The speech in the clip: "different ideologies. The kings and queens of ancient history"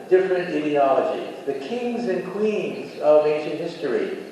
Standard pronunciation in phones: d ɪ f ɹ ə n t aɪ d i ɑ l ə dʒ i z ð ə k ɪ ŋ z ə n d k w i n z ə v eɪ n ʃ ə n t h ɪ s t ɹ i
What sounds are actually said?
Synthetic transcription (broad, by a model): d ɪ f ɹ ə n t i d i ɑ l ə dʒ i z ð ə k ɪ ŋ z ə n k w i n z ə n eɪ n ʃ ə n h ɪ s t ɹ i